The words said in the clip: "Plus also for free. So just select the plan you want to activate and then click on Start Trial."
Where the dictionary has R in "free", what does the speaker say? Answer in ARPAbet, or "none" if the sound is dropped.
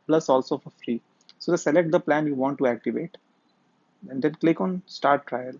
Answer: R